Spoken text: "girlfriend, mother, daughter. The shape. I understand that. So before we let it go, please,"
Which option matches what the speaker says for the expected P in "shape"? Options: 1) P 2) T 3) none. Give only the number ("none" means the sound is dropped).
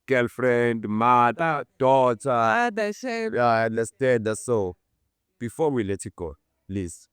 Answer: 3